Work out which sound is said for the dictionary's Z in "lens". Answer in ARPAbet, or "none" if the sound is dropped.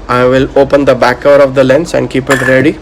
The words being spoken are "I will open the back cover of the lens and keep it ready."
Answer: S